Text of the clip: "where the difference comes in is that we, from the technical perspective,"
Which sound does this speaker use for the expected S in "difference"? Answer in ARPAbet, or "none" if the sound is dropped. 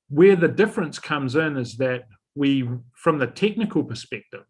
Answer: S